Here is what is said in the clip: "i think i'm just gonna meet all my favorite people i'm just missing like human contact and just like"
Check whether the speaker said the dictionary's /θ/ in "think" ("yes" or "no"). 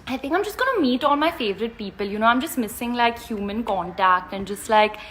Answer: yes